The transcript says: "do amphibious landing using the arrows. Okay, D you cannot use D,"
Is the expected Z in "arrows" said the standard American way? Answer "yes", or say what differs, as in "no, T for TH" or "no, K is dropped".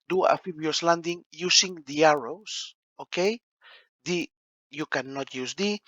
no, S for Z